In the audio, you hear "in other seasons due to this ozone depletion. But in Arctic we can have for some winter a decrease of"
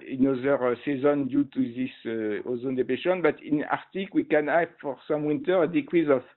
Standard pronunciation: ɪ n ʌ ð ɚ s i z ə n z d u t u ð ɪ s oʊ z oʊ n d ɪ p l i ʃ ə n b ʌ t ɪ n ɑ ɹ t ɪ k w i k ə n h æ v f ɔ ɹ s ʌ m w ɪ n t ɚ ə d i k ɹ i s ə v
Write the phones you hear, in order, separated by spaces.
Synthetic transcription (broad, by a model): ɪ n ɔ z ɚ s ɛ z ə n d u t u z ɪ s oʊ z oʊ n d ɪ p ɛ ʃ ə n b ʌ t ɪ n ɑ ɹ t ɪ k w i k ə n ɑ f ɔ ɹ s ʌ m w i n t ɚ ə d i k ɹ i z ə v